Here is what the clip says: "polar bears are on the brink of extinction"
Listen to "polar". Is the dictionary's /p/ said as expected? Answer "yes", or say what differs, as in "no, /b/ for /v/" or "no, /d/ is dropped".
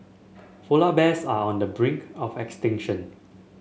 no, /f/ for /p/